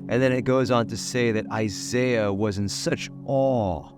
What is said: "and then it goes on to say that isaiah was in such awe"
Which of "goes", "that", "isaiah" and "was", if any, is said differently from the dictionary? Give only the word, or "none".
none